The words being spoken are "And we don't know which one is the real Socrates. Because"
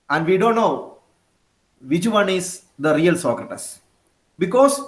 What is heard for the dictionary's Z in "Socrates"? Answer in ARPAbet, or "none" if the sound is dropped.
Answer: S